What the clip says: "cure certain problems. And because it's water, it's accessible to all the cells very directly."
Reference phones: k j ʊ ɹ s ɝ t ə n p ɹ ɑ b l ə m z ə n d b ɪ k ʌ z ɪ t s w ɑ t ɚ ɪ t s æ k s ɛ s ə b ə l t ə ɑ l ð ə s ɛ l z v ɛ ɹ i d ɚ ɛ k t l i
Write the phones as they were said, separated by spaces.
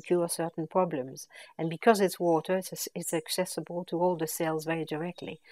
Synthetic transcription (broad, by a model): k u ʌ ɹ s ɝ t n p ɹ ɑ b l ə m z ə n b ɪ k ʌ z ɪ t s w ɑ t ɚ ɪ t s æ k s ɛ s ə b ə l t ə ɑ l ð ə s ɛ l z v ɛ ɹ i d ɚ ɛ k t l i